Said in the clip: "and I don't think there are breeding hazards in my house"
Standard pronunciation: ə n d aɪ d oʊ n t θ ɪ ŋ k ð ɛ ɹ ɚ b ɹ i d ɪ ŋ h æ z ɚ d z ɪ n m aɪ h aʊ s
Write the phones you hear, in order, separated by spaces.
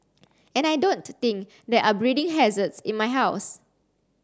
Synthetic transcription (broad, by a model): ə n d aɪ d oʊ n t t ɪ ŋ k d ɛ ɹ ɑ b ɹ i d ɪ ŋ h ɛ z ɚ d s ɪ n m aɪ h aʊ s